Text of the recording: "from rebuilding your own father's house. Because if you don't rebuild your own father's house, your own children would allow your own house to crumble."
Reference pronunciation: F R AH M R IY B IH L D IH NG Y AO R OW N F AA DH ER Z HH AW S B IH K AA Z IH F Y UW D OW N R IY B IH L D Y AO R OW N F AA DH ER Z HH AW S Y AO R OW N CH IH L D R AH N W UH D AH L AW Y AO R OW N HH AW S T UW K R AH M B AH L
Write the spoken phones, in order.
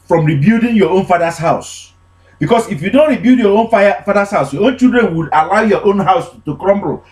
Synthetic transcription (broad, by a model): F R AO M R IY B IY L D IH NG Y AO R OW N F AA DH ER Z HH AW S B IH K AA S IH F Y UW D OW N R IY B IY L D Y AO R OW N F AA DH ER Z HH AW S Y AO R OW N CH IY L D R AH N W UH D AH L AW Y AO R OW N HH AW S T UW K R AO M B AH